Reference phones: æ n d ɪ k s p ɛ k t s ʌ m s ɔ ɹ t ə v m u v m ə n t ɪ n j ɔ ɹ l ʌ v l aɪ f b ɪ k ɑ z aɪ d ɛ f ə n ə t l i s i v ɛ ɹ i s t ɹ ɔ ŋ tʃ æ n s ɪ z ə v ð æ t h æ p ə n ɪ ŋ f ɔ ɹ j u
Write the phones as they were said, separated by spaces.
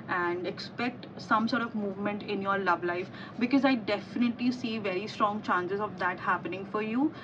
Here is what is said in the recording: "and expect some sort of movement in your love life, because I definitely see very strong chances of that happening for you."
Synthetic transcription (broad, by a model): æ n d ɪ k s p ɛ k t s ʌ m s ɔ ɹ t ə v m u v m ə n t ɪ n j ɔ ɹ l ʌ v l aɪ f b ɪ k ɑ z aɪ d ɛ f ə n ə t l i s i v ɛ ɹ i s t ɹ ɔ ŋ tʃ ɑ n s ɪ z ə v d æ t h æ p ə n ɪ ŋ f ɔ ɹ j u